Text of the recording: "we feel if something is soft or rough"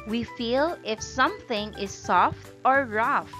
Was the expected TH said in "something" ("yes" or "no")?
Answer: yes